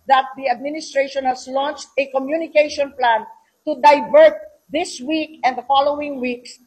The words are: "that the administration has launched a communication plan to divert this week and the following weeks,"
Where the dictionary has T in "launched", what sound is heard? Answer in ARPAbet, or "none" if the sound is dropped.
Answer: T